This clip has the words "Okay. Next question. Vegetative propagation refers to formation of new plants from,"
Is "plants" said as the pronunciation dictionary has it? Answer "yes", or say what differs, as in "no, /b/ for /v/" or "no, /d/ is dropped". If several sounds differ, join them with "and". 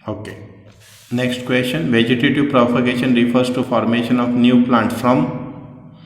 no, /s/ is dropped